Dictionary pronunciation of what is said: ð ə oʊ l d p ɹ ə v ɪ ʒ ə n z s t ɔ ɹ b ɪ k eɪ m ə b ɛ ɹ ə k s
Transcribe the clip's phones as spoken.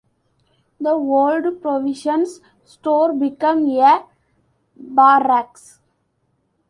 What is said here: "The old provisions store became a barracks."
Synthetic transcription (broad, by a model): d ə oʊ l d p ɹ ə v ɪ ʃ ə n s s t ɔ ɹ b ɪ k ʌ m ə b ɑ ɹ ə k s